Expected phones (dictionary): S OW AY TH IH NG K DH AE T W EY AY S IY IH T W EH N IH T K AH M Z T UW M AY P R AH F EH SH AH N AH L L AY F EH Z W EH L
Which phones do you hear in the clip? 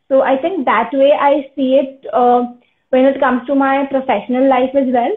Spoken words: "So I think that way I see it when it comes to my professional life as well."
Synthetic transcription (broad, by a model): S OW AY T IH NG K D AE T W EY AY S IY IH T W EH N IH T K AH M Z T UW M AY P R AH F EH SH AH N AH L L AY F EH Z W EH L